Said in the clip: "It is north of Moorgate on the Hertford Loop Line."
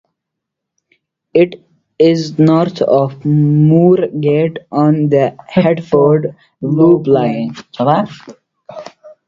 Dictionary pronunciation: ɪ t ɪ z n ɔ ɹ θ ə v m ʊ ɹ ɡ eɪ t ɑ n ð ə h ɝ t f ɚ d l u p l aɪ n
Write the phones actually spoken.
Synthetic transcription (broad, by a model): ɪ t ɪ z n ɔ ɹ t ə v m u ɹ ɡ eɪ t ɑ n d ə h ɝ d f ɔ d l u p l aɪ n